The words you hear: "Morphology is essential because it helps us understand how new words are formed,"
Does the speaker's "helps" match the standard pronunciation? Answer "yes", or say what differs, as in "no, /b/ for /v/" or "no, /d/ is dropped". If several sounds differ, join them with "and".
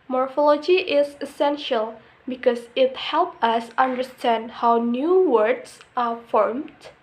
no, /s/ is dropped